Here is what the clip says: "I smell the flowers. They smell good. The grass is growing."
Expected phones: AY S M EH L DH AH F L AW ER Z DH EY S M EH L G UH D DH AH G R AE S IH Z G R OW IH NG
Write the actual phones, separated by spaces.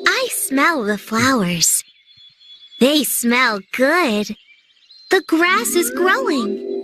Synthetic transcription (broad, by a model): AY S M EH L DH AH F L AW ER Z DH EY S M EH L G UH D DH AH G R AE S IH Z G R OW IH NG